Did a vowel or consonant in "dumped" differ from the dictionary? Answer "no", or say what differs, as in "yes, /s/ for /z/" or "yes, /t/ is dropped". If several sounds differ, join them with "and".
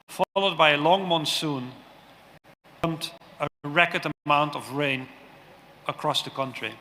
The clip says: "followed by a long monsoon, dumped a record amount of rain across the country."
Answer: yes, /p/ is dropped